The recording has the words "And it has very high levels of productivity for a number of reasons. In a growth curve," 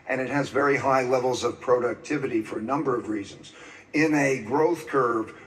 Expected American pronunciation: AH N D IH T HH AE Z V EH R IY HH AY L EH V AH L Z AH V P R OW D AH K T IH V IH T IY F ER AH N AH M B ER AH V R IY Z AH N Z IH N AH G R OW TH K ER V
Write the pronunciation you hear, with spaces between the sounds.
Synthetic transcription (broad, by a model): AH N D IH T HH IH Z V EH R IY HH AY L EH V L Z AH V P R OW D AH K T IH V IH T IY F ER AH N AH M B ER AH V R IY Z AH N Z IH N AH G R OW TH K ER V